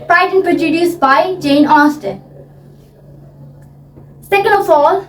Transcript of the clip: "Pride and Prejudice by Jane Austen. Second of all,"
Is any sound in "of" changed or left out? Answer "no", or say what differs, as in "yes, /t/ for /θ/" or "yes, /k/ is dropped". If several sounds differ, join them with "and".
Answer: yes, /f/ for /v/